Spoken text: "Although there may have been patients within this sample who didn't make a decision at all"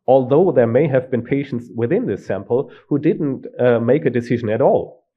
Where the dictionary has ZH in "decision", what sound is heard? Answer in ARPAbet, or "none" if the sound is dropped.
ZH